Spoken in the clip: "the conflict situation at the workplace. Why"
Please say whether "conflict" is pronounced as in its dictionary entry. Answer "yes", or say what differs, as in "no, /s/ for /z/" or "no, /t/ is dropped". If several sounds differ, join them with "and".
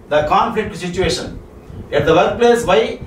yes